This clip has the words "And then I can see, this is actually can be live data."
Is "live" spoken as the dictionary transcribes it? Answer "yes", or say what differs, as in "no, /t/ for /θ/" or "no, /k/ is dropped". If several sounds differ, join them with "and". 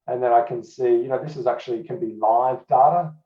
yes